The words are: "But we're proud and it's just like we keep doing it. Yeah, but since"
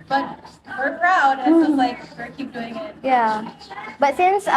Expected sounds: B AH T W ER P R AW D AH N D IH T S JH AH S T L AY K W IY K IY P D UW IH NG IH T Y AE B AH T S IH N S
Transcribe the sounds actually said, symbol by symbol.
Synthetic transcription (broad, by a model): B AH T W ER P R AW AH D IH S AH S L AY K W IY K IY P D UW IH NG IH T Y AE B AH T S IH N S